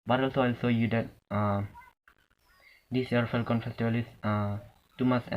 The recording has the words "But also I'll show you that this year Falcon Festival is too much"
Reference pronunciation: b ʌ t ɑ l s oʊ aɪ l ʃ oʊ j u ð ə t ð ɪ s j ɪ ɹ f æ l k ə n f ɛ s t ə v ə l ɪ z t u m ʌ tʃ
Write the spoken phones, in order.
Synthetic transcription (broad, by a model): b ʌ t ɑ l s oʊ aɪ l s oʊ j u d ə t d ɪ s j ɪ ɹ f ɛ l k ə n f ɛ s t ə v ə l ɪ s t u m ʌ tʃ